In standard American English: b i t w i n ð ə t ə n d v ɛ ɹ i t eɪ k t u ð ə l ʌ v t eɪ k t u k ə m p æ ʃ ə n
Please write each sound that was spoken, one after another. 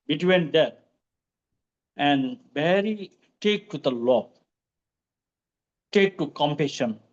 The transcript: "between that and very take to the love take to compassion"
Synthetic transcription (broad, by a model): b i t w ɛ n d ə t ə n d b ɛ ɹ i t eɪ k t u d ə l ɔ b t eɪ k t u k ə m p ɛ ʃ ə n